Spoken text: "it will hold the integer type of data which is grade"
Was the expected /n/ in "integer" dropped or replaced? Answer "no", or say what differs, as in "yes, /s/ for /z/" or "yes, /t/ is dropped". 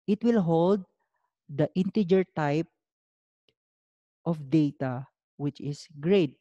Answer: no